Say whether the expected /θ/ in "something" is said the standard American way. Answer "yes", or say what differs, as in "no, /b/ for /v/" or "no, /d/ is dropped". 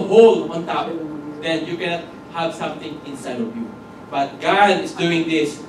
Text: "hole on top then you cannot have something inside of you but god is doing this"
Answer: no, /t/ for /θ/